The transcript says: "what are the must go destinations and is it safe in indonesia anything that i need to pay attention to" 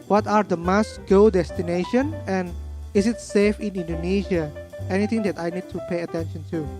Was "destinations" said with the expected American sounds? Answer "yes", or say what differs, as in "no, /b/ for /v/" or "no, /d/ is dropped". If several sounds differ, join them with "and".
no, /z/ is dropped